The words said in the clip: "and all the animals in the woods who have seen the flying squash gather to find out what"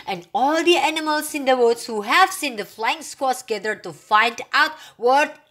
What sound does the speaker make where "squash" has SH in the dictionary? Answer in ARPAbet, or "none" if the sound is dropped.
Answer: S